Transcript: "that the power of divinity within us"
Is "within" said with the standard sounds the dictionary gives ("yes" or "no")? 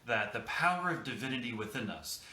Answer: yes